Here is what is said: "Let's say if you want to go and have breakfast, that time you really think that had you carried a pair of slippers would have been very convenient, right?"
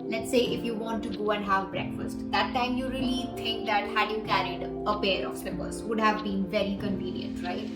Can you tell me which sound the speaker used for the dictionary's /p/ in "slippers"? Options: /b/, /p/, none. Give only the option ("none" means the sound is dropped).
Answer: /b/